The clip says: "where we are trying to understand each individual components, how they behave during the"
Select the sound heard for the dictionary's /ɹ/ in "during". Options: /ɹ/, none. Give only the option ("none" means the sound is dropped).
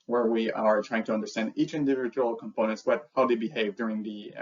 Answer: /ɹ/